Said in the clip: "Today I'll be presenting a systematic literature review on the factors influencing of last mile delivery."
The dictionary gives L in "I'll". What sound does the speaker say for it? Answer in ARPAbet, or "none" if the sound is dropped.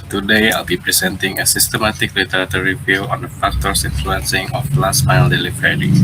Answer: L